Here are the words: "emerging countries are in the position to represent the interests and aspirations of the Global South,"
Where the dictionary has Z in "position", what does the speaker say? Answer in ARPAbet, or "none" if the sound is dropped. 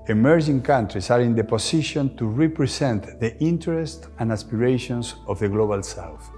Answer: S